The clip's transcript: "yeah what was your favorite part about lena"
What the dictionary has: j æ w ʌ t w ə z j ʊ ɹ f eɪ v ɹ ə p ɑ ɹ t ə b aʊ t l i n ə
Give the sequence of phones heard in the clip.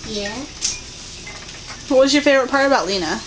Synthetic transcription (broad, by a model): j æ w ʌ t w ə z j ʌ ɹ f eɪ ɹ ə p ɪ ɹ ə b aʊ t l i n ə